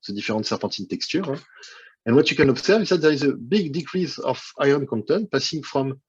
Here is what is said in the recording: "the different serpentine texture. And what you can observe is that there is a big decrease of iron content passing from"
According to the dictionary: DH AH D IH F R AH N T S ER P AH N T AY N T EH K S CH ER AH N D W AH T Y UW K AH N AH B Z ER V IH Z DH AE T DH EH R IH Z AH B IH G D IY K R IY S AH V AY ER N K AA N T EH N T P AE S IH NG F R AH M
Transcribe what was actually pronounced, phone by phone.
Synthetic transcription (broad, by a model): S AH D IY F R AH T S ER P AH T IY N T EH K S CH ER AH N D W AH T Y UW K AH N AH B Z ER V IH Z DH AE T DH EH R IH Z AH B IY G D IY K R IY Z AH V AY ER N K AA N T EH N P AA S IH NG F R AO M